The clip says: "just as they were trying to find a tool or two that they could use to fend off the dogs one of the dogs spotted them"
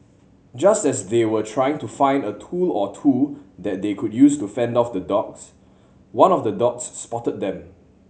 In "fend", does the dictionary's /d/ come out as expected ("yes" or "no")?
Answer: yes